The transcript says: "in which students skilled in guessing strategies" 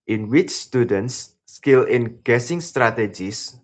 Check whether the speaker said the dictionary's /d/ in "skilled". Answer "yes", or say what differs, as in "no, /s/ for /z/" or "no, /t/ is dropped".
no, /d/ is dropped